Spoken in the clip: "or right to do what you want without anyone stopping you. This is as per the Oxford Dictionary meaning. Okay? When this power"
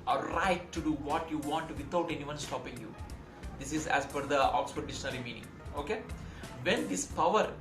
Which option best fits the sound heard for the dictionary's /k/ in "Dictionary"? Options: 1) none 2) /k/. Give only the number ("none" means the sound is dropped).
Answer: 1